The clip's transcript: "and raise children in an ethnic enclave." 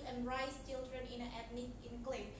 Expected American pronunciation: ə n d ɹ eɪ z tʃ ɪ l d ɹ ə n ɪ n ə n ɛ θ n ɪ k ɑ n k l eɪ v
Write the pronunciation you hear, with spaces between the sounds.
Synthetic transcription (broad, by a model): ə n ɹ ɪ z tʃ ɪ l d ɹ ə n ɪ n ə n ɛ t n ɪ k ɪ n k l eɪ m